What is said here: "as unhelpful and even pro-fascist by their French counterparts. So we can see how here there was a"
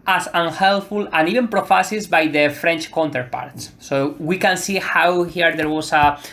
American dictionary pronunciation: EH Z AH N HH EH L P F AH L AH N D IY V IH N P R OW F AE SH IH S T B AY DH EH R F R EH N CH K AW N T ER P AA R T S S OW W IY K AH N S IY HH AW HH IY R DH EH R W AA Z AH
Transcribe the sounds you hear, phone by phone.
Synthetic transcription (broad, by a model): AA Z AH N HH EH L F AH L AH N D IY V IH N P R OW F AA S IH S B AY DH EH F R EH N CH K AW N T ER P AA R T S S OW W IY K AH N S IY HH AW HH IY R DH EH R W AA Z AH